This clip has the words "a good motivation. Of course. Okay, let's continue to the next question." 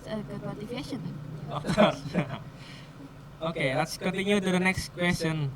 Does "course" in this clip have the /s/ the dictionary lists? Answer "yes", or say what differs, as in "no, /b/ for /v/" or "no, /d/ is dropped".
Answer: no, /s/ is dropped